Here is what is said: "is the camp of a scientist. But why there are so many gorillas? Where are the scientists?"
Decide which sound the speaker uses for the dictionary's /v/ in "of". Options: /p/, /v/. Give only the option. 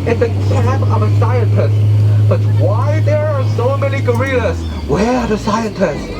/v/